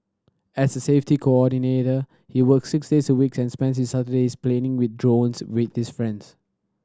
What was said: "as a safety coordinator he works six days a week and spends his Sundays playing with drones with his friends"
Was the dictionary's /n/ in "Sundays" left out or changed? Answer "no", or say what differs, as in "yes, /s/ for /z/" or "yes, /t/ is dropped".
yes, /n/ is dropped